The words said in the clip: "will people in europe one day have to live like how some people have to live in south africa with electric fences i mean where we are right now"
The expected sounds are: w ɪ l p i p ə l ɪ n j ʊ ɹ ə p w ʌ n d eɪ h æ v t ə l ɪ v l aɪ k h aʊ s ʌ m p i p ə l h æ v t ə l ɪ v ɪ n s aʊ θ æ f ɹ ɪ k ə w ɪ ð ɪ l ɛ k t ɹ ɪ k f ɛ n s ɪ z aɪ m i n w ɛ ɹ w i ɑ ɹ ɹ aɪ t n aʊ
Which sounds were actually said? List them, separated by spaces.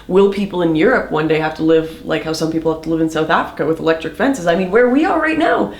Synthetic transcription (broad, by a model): w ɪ l p i p l ɪ n j ʊ ɹ ə p w ʌ n d eɪ h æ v t ə l ɪ v l aɪ k h aʊ s ʌ m p i p l h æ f t ə l ɪ v ɪ n s aʊ θ æ f ɹ ɪ k ə w ɪ ð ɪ l ɛ k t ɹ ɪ k f ɛ n s ɪ z aɪ m i n w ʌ ɹ w i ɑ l ɹ aɪ t n aʊ